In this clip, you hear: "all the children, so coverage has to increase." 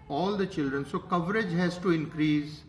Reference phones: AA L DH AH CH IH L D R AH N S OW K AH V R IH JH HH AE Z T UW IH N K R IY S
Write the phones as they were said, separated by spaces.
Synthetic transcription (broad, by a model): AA L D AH CH IH L D R AH N S OW K AH V R IH JH HH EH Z T UW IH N K R IY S